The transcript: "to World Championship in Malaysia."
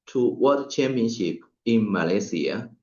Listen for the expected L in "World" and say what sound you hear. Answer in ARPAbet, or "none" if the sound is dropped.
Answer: none